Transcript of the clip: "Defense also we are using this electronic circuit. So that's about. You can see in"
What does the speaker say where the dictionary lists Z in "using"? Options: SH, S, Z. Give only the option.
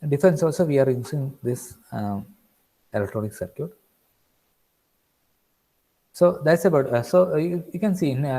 S